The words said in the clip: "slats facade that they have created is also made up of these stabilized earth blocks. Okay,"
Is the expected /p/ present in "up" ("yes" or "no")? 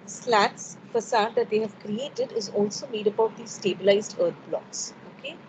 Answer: no